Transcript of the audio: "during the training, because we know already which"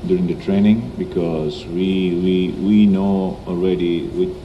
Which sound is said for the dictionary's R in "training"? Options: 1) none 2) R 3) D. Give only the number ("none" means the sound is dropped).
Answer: 2